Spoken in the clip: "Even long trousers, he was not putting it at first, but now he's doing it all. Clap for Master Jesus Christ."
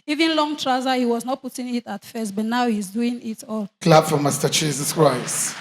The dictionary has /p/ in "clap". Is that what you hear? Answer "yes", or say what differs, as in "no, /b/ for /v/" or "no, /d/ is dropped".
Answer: no, /b/ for /p/